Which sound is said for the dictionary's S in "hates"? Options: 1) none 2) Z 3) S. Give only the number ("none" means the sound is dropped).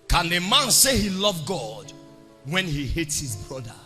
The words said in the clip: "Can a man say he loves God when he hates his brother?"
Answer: 3